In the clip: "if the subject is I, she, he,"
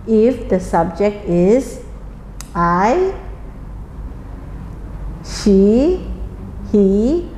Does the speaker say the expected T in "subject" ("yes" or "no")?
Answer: yes